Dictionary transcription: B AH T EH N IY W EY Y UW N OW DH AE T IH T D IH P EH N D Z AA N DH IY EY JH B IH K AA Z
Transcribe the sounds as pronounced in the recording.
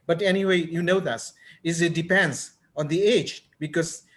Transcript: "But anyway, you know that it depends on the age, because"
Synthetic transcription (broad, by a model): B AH T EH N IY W EY Y UW N OW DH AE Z IH T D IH P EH N D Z AA N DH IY EY JH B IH K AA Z